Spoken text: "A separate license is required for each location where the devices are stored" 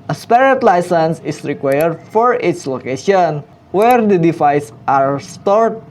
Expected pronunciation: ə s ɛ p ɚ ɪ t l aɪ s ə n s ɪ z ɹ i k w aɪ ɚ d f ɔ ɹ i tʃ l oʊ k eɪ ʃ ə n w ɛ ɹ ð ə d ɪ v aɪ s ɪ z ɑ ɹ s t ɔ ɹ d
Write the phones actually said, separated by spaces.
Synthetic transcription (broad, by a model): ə s p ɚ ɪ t l aɪ s ə n s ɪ s ɹ i k w aɪ ɚ d f ɔ ɹ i s l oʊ k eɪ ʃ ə n w ɛ ɹ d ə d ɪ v aɪ s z ɑ ɹ s t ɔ ɹ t